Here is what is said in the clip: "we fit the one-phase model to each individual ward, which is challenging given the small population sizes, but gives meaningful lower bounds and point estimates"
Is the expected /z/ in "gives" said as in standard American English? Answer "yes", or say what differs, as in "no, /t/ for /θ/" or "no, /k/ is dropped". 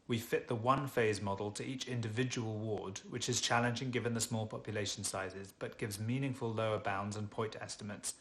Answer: yes